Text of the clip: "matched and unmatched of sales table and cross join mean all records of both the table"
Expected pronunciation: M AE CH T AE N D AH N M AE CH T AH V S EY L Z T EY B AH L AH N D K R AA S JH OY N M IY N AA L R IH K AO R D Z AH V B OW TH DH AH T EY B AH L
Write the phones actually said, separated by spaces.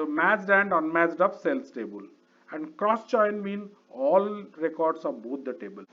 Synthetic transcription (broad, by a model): M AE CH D AE N D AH N M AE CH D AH P S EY L S T EY B AH L AH N D K R AA S CH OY N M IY N AA L R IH K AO R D S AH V B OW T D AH T EY B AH L